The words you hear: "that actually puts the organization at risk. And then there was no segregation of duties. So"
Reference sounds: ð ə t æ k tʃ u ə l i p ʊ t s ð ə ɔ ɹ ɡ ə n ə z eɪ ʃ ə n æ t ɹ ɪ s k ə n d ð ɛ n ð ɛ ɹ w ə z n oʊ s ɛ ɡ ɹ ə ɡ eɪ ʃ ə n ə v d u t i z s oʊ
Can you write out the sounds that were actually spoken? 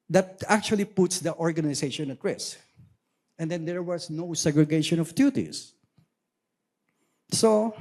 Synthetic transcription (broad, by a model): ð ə t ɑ k tʃ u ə l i p ʊ t s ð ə ɔ ɹ ɡ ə n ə s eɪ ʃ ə n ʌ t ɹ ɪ s ə n d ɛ n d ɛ ɹ w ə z n oʊ s ɛ ɡ ɹ ə ɡ eɪ ʃ ə n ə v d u t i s s oʊ